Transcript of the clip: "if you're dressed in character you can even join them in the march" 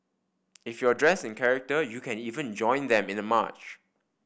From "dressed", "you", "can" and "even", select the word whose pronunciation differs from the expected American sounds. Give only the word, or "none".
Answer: dressed